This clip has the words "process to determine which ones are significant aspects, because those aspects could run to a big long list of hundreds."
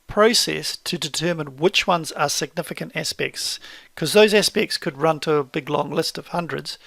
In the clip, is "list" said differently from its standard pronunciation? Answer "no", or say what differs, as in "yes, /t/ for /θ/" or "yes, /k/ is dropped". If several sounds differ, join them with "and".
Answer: no